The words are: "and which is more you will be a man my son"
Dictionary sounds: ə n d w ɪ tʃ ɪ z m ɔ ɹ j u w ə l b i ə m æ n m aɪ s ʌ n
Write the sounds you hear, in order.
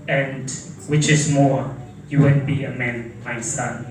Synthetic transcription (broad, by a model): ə n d w ɪ tʃ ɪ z m ɔ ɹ j u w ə n b i ə m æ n m aɪ s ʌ n